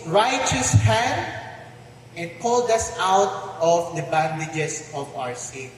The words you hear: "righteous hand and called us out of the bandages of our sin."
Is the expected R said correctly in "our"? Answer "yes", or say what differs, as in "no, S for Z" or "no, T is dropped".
yes